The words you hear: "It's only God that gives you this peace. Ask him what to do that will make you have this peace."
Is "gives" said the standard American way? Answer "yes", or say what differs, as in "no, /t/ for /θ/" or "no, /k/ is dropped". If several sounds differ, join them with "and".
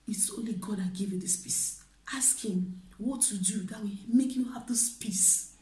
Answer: no, /z/ is dropped